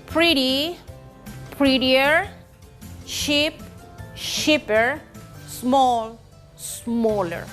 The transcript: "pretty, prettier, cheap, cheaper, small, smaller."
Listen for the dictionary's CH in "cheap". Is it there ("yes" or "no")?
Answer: no